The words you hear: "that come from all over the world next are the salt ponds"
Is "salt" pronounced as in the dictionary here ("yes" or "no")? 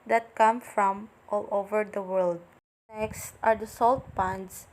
yes